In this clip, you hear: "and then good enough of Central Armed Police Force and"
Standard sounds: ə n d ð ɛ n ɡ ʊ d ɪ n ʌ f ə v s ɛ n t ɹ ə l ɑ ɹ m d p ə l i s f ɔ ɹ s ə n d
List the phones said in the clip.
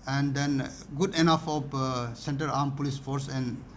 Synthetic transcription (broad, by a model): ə n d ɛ n ɡ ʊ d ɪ n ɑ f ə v s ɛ n t ə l ɑ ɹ m p ə l i s f ɔ ɹ s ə n